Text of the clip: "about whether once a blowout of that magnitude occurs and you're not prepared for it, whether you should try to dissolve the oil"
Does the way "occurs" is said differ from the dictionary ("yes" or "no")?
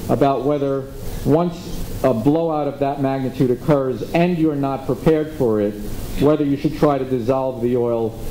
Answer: no